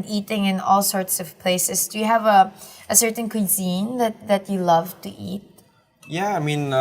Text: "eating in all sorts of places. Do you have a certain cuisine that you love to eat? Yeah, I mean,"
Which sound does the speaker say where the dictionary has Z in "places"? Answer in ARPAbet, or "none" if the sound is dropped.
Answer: S